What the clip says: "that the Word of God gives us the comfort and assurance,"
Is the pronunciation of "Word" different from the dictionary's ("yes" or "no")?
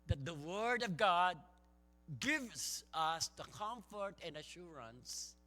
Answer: no